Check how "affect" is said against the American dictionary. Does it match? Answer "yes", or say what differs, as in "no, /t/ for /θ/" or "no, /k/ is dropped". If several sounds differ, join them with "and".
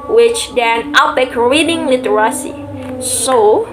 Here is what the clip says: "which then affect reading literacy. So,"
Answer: no, /p/ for /f/